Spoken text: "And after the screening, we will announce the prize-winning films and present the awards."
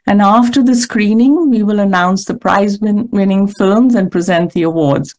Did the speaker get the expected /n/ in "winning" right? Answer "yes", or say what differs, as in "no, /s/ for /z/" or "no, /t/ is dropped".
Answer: yes